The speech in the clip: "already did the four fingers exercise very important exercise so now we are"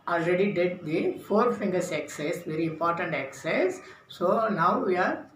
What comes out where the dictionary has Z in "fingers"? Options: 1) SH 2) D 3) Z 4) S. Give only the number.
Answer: 4